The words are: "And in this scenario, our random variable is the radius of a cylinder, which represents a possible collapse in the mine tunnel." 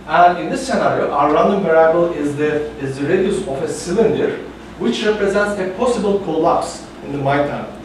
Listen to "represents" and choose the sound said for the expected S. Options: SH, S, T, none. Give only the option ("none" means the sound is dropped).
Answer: S